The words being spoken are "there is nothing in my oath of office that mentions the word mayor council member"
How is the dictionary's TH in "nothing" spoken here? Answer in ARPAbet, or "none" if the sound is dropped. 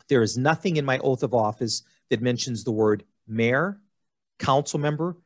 TH